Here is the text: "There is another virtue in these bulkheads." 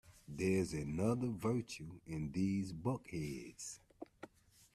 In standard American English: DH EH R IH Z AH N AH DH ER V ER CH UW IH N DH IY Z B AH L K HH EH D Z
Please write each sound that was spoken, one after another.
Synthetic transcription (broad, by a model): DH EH IH Z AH N AH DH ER V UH CH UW IH N DH IY Z B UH K HH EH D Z